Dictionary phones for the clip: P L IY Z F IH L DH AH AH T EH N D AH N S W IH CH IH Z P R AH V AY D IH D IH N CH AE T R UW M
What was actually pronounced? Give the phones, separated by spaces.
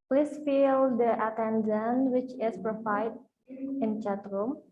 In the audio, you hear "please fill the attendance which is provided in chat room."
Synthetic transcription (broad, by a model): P L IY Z F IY L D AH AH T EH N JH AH N W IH CH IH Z P R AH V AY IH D IH N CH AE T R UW M